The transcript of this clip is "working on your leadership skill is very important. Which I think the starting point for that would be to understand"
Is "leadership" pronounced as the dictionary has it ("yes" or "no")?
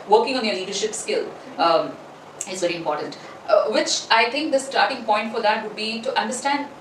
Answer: yes